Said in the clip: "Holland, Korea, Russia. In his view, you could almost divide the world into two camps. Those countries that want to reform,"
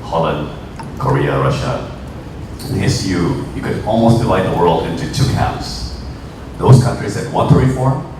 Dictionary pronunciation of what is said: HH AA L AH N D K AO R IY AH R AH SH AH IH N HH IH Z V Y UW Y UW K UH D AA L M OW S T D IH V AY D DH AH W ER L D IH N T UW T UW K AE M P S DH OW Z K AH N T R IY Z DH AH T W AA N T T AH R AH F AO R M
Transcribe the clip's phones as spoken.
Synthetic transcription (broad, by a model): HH AA L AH N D K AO R IY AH R AH SH AH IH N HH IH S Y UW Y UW K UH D AA L M OW S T D IH V AY D DH AH W ER L D IH N T UW T UW K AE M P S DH OW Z K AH N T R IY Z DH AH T W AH N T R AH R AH F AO R